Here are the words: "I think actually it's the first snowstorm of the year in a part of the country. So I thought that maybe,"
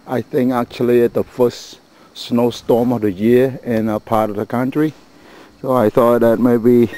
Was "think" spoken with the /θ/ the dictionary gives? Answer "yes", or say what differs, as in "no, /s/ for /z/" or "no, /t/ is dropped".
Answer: yes